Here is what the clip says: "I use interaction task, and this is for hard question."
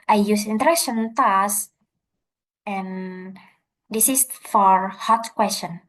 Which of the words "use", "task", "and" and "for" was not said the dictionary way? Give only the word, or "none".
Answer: task